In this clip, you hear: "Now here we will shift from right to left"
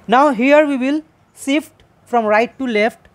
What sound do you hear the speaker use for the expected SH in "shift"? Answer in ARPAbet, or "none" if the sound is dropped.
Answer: S